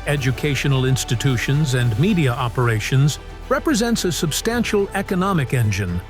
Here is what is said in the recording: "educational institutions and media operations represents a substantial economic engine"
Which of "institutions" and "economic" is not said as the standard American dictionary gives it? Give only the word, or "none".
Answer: none